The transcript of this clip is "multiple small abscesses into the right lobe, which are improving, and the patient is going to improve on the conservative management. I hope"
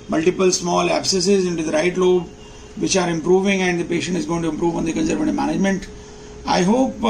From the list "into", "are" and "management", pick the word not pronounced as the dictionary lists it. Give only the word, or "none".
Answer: none